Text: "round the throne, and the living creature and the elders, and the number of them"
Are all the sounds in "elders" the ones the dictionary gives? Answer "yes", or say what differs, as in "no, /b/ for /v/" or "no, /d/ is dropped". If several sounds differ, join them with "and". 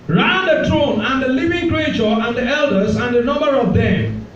yes